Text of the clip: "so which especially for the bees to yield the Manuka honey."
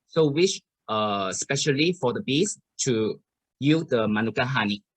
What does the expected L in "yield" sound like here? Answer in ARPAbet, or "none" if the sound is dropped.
none